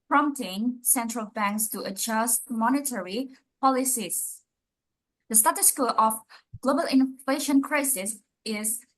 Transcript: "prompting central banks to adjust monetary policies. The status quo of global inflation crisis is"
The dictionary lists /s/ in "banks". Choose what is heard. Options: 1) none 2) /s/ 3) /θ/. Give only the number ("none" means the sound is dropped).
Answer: 2